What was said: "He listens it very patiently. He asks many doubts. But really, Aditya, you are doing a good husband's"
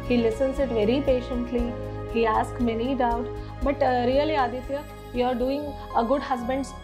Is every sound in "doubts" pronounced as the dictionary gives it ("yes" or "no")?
no